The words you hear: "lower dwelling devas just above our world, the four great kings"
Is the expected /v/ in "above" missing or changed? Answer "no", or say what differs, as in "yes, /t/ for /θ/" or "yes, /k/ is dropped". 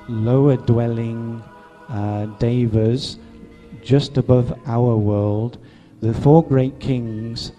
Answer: no